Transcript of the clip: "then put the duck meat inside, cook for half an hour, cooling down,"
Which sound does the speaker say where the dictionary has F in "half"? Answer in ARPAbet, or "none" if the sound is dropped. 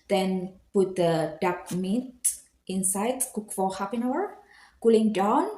P